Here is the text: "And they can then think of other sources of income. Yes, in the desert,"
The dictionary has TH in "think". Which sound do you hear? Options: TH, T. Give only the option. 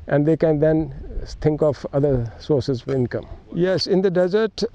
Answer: T